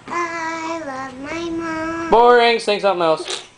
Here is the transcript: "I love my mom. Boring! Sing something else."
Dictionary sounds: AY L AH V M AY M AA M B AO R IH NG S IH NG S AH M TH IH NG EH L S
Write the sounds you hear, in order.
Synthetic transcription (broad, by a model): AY L AH V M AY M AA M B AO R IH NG TH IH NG S AH M TH IH NG EH L S